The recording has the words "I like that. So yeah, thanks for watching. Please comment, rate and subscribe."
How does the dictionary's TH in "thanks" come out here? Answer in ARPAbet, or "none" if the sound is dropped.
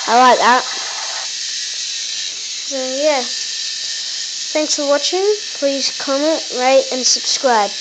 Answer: TH